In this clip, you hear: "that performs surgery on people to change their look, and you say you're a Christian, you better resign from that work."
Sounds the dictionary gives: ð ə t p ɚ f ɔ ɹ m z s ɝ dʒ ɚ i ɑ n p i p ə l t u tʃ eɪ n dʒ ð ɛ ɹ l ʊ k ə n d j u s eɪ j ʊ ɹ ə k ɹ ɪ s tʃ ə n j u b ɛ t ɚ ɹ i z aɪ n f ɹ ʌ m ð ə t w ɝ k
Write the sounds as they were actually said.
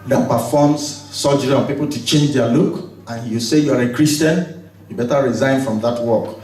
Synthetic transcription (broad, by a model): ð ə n p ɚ f ɔ m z s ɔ dʒ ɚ i ɑ n p i p ə l t u tʃ eɪ n dʒ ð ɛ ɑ l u k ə n j u s eɪ j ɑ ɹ ə k ɹ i s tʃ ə n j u b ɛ t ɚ ɹ i z aɪ n f ɹ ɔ m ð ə t w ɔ k